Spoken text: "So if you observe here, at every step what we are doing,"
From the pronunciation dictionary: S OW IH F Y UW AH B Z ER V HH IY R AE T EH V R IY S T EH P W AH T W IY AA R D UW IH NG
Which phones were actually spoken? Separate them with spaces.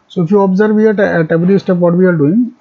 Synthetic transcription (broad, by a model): S OW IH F Y UW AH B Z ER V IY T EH T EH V R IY S T EH P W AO T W IY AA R D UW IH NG